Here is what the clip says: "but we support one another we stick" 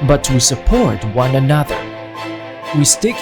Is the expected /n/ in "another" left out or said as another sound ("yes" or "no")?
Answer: no